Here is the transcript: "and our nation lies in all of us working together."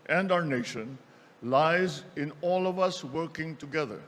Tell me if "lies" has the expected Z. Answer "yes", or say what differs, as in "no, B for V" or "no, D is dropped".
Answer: yes